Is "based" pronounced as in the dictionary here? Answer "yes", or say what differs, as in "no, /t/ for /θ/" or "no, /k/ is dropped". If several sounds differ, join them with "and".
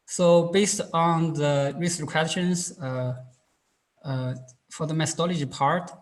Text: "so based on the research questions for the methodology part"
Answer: yes